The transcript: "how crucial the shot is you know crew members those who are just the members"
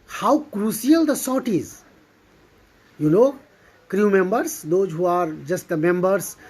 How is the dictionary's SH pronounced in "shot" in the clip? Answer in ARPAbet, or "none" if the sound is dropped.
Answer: S